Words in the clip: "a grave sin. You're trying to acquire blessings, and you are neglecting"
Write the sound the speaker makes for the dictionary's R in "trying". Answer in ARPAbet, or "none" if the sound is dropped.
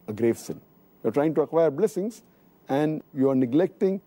R